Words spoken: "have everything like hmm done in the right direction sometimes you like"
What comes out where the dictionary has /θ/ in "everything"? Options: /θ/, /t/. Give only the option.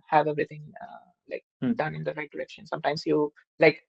/t/